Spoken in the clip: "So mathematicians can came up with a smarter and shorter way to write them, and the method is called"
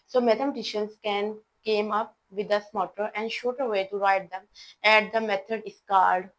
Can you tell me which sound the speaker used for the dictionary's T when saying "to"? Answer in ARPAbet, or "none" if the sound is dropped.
T